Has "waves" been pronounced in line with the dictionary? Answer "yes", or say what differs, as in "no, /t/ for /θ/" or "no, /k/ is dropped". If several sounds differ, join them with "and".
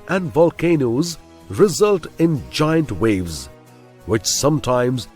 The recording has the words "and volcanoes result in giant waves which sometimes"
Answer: yes